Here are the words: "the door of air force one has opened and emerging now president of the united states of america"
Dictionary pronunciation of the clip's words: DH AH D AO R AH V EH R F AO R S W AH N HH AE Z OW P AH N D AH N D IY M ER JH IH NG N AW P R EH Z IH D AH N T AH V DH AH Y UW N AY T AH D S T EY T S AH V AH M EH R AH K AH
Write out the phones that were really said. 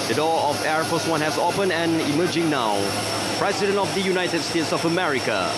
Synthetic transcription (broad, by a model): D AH D AO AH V EH R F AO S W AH N HH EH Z OW P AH N AH N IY M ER JH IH NG N AW P R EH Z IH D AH N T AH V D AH Y UW N AY T AH D S T EY T S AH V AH M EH R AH K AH